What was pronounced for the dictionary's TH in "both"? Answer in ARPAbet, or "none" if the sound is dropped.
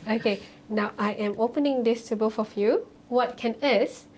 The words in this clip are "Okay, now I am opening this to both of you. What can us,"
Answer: F